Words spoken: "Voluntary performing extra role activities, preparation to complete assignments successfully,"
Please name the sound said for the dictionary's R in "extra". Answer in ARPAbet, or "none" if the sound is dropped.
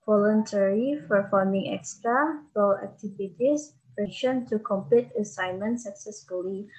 R